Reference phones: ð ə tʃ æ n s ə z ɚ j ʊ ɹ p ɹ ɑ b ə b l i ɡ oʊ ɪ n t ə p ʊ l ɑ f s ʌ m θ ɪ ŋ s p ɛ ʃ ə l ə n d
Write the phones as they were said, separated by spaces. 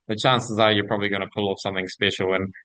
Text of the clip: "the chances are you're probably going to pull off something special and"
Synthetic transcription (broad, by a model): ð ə tʃ æ n s ə z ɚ j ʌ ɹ p ɹ ɑ b ə b l i ɡ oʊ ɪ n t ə p ʊ l ɑ f s ʌ m θ ɪ ŋ s p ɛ ʃ l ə n